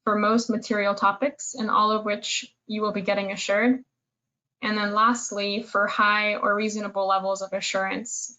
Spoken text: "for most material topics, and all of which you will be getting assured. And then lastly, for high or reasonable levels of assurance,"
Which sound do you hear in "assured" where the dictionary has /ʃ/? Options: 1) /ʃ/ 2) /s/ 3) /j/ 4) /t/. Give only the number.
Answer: 1